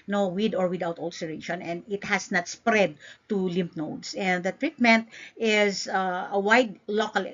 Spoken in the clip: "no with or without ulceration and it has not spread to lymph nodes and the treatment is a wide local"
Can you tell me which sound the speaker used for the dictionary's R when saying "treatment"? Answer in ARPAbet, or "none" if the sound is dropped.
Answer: R